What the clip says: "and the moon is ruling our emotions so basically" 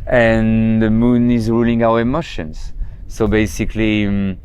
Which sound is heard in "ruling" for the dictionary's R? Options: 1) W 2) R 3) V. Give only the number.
2